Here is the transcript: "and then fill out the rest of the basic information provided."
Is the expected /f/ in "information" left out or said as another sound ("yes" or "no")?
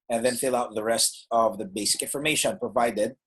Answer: no